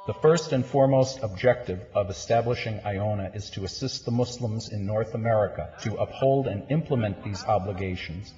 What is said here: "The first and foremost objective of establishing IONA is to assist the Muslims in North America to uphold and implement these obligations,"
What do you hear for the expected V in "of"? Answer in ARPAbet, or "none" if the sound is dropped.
V